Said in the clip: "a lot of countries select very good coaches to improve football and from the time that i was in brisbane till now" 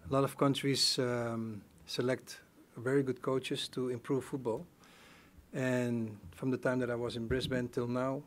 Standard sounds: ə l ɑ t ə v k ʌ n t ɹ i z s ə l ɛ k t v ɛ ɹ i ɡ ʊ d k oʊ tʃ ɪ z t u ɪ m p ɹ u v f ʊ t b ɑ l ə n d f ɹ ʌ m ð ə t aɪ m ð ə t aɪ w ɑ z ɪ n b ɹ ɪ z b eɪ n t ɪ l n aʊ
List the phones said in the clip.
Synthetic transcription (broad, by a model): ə l ɑ t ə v k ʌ n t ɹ i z s ə l ɛ k t v ɛ ɹ i ɡ ʊ d k oʊ tʃ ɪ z t u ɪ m p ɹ u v f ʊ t b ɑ l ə n f ɹ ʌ m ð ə t aɪ m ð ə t aɪ w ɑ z ɪ n b ɹ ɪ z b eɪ n t ɪ l n aʊ